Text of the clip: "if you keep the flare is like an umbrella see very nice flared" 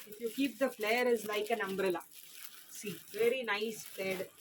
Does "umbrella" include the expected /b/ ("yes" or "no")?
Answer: yes